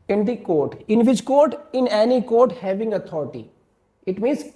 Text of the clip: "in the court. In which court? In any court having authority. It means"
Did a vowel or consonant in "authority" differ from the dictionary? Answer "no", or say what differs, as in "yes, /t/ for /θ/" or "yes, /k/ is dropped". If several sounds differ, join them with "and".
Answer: yes, /t/ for /θ/